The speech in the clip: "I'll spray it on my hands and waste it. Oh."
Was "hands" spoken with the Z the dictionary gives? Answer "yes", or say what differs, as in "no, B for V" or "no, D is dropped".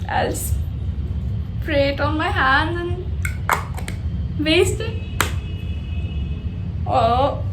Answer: no, Z is dropped